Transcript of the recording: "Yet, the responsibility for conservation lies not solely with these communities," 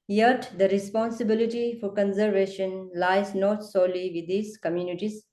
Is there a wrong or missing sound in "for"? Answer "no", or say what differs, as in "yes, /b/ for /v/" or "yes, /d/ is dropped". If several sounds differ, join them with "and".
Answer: no